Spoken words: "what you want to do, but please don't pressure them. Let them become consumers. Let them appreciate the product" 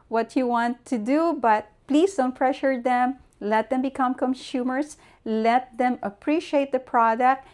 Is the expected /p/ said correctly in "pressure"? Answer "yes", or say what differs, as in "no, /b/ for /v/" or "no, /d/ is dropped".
no, /f/ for /p/